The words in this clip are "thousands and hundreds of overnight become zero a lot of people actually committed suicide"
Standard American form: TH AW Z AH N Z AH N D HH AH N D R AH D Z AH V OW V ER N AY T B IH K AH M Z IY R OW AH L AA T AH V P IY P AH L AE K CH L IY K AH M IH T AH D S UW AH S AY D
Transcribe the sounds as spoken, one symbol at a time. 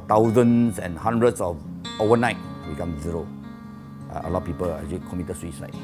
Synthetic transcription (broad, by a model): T AW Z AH N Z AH N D HH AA N D R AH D S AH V OW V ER N AY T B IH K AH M Z IY R OW AH L AA T P IY P AH L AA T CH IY K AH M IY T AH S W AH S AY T